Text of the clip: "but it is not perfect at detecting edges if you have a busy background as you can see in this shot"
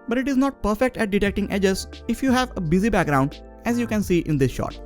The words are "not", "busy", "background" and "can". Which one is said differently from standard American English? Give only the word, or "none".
none